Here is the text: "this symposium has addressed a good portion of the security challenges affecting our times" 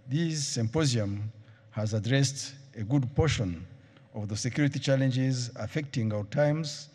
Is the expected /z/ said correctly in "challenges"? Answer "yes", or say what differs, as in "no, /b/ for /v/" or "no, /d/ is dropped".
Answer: yes